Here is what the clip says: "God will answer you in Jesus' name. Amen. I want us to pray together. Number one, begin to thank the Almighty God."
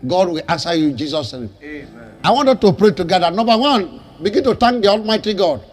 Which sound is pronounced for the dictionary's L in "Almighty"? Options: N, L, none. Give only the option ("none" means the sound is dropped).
L